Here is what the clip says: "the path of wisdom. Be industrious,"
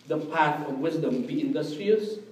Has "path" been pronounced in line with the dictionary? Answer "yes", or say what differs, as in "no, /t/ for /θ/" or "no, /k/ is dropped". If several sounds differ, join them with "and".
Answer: no, /f/ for /θ/